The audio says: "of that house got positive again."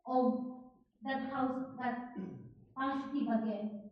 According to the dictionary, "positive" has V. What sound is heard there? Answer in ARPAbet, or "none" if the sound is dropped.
B